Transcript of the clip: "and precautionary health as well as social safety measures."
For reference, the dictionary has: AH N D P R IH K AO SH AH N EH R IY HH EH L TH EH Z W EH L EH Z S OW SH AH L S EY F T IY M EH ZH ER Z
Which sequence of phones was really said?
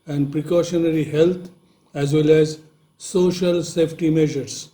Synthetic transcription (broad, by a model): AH N D P R IH K AO SH AH N EH R IY HH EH L T EH Z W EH L EH Z S OW SH AH L S EY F T IY M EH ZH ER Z